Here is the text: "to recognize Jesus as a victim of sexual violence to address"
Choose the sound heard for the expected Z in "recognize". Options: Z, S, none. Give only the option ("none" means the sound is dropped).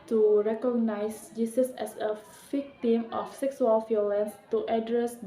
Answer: S